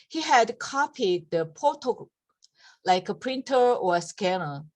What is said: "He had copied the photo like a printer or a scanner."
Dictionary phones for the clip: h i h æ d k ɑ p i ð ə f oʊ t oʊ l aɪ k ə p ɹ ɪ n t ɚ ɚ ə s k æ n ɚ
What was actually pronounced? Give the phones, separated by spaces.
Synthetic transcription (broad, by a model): h i h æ d k ɑ p i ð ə p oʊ t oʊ l aɪ k ə p ɹ ɪ n t ɚ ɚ ə s k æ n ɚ